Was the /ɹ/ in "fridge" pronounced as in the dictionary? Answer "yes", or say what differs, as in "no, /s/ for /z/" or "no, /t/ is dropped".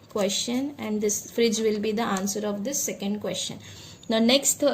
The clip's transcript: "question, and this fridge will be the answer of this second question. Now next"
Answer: yes